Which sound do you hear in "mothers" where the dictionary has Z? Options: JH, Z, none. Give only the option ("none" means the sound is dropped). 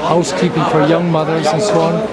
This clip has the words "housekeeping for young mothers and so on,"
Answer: Z